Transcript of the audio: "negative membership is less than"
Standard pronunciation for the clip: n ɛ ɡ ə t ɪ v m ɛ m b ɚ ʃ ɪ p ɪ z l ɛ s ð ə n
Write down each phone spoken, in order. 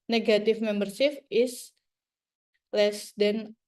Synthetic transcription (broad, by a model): n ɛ ɡ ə t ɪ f m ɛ m b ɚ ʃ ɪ f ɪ s l ɛ s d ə n